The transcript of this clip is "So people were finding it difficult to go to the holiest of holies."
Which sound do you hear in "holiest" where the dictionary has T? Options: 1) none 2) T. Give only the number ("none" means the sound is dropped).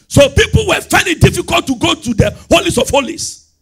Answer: 1